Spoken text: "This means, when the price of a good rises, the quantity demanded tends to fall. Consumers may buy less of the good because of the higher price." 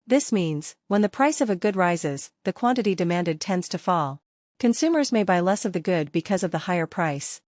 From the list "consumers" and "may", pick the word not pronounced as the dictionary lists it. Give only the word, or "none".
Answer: none